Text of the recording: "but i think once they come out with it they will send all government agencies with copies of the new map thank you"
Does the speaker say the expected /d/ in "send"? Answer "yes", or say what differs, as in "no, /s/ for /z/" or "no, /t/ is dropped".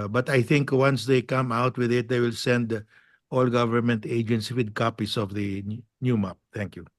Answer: yes